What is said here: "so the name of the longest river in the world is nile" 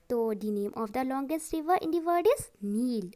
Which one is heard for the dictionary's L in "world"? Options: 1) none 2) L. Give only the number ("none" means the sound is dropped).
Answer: 1